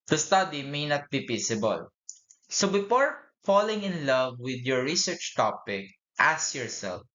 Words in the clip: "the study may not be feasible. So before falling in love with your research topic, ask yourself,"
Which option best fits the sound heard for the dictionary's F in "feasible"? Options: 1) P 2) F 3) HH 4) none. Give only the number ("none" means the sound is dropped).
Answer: 1